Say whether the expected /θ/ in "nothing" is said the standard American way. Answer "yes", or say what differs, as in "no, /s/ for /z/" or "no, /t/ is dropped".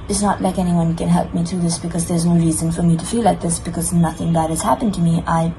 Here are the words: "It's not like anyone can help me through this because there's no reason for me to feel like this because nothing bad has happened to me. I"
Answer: yes